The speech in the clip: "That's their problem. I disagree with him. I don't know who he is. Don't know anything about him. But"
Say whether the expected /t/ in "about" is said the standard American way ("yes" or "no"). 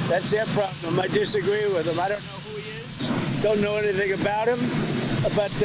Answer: yes